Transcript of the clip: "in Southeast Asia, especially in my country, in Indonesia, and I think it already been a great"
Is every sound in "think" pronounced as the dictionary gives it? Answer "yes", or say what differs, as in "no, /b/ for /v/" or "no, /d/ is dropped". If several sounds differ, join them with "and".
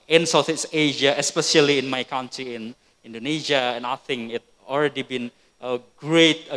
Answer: no, /k/ is dropped